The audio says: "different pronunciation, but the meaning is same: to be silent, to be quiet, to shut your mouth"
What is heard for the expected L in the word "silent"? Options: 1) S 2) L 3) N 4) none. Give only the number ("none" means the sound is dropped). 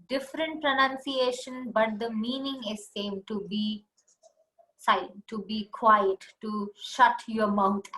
4